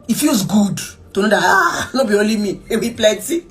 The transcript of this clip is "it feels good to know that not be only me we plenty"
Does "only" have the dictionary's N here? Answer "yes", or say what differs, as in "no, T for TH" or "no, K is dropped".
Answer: no, N is dropped